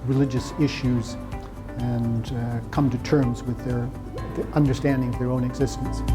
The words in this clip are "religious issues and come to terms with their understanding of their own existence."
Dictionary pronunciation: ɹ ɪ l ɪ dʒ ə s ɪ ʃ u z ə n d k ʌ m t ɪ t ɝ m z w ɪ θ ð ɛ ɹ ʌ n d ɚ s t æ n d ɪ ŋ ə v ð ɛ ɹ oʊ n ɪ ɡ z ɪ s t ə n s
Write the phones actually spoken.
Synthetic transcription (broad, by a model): ɹ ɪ l ɪ dʒ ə s ɪ ʃ u z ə n k ʌ m t ɪ t ɝ m z w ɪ ð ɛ ɹ ʌ n d ɚ s t æ n d ɪ ŋ ə v ð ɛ ɹ oʊ n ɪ ɡ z ɪ s t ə n s